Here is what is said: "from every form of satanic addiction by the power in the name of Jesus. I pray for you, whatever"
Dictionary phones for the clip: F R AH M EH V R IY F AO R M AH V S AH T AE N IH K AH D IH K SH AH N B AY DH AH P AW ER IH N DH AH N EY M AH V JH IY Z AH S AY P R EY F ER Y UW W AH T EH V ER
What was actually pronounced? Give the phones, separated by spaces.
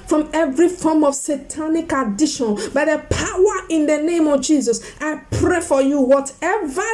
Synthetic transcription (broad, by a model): F R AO M EH V R IY F AO M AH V S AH T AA N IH K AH D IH SH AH N B AY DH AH P AW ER IH N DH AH N EY M AH V JH IY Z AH S AY P R EY F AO Y UW W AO T EH V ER